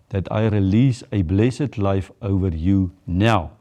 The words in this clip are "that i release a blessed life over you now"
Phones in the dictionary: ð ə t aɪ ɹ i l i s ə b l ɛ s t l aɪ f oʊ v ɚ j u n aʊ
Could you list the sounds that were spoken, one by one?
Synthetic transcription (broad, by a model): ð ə t aɪ ɹ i l i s ə b l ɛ s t l aɪ f oʊ v ɚ j u n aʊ